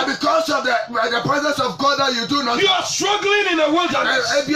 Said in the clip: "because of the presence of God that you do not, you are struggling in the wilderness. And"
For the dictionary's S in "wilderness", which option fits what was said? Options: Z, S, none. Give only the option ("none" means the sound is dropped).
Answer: none